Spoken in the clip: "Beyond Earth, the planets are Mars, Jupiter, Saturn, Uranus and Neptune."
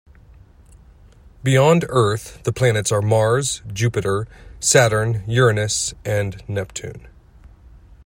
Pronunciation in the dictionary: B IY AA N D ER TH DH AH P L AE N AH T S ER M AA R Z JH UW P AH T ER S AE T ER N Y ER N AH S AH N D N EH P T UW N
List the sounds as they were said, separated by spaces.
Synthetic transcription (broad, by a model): B IY AA N D ER TH DH AH P L AE N AH T S ER M AA R Z JH UW P AH T ER S AE T ER N Y ER N AH S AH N N EH P T UW N